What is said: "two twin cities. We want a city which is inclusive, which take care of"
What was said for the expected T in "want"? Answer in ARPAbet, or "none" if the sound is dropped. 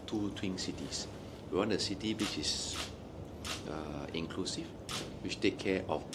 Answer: none